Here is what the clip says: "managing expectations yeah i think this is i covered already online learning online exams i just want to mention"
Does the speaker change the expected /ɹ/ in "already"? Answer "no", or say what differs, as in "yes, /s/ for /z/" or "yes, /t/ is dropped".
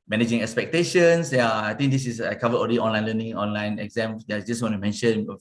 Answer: yes, /l/ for /ɹ/